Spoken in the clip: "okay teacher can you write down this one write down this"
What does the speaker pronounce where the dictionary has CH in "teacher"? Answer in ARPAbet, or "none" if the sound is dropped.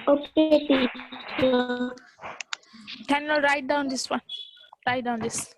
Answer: none